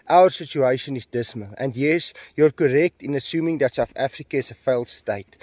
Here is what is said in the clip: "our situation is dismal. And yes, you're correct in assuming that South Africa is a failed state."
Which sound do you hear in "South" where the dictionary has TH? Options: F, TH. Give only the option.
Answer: F